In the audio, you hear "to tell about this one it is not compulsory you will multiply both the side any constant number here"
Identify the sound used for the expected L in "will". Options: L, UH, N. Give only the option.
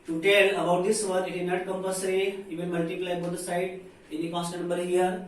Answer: N